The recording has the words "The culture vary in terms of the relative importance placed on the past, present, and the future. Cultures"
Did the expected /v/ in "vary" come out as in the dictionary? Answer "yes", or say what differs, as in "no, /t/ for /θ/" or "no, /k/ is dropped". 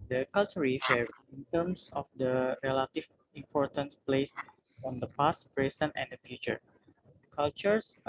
no, /f/ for /v/